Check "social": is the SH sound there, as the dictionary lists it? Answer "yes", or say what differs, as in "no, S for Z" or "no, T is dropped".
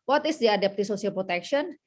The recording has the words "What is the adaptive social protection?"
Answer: no, S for SH